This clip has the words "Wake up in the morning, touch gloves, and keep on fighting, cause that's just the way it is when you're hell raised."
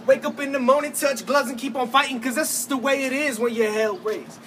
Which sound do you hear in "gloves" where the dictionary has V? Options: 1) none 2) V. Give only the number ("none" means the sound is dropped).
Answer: 1